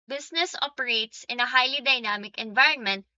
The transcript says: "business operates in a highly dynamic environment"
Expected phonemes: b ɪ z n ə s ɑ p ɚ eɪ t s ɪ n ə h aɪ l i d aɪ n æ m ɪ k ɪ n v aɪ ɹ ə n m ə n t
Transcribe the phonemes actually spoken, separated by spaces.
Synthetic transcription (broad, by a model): b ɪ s n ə s ɑ p ɚ eɪ t s ɪ n ə h aɪ l i d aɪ n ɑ m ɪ k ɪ n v aɪ ɹ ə n m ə n t